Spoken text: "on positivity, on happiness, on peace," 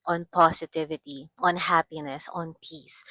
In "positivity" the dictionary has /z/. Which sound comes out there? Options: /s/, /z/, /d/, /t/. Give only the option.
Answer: /s/